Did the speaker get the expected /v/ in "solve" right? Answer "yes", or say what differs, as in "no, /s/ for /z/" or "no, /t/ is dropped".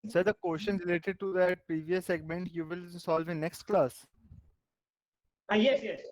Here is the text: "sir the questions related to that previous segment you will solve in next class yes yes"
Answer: yes